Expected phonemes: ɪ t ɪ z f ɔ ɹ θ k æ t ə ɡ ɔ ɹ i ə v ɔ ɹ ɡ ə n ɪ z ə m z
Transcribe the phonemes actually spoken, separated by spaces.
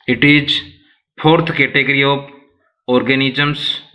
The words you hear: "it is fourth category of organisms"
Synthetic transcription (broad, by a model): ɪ t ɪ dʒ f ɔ ɹ t k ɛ t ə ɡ ɹ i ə p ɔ ɹ ɡ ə n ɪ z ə m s